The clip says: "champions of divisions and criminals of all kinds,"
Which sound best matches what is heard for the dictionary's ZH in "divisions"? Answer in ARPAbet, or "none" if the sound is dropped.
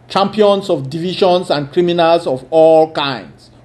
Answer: SH